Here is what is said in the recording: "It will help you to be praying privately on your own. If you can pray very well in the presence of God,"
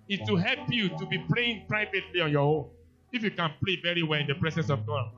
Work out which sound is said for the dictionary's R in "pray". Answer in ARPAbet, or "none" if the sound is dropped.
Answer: L